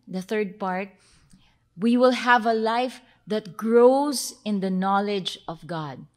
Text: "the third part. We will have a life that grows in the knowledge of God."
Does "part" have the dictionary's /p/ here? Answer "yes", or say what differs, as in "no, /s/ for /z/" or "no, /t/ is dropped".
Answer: yes